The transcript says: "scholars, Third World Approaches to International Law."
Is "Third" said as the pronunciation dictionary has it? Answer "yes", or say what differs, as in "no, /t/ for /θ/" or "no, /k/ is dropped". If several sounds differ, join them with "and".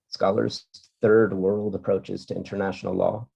yes